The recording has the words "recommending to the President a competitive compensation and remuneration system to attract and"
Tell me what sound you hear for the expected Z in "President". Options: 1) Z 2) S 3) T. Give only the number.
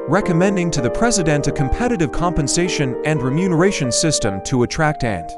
1